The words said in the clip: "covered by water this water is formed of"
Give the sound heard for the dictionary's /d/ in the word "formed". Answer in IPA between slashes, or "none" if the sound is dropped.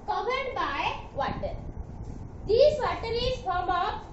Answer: none